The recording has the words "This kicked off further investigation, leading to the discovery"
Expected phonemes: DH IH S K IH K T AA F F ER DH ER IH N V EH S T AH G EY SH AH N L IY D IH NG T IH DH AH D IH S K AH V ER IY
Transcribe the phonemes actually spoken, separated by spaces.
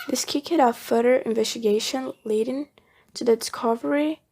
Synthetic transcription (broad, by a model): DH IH S K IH K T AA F F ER ER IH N V EH S T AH G EY SH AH N L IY D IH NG T IH DH AH D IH S K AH V ER IY